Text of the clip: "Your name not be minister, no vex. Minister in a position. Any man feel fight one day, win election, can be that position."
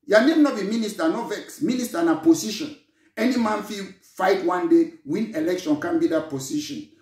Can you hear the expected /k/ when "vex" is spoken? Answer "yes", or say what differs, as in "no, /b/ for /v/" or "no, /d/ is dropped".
yes